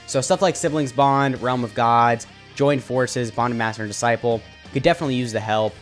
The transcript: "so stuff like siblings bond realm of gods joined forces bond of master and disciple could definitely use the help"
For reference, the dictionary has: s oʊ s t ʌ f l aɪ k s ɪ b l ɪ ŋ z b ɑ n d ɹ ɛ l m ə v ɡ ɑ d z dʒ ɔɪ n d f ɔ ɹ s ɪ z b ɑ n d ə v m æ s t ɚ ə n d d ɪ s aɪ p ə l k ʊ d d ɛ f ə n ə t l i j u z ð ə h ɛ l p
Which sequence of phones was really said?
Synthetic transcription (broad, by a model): s oʊ s t ʌ f l aɪ k s ɪ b l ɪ ŋ z b ɑ n d ɹ ɛ l m ə v ɡ ɑ d z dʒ ɔɪ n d f ɔ ɹ s ɪ z b ɑ n d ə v m æ s t ɚ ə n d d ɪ s aɪ p l k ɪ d d ɛ f ə n ə t l i j u z ð ə h ɛ l p